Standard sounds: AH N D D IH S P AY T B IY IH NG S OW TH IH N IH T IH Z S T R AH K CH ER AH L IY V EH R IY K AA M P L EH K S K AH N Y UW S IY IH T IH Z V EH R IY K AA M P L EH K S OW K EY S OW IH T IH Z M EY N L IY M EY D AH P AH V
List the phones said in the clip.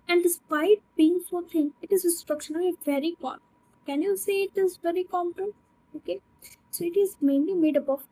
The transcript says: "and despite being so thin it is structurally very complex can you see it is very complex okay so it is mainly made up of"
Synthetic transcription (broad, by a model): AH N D D IH S P AY T B IY IH NG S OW T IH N IH T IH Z S T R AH K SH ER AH N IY V EH R IY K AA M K K AH N Y UW S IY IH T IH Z V EH R IY K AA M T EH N OW K EY S OW IH T IH Z M EY N L IY M EY D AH B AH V